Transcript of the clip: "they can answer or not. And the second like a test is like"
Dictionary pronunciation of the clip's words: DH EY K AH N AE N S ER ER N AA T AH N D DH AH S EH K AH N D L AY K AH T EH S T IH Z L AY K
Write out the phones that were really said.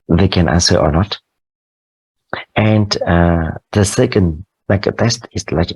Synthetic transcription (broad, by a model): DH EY K AH N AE N S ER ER N AA T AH N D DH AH S EH K AH N D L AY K AH T EH S T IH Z L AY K